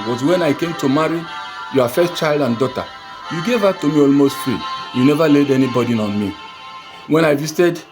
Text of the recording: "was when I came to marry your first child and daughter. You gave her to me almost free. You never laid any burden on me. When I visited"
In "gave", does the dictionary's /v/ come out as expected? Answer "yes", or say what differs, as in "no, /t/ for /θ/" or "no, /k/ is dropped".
yes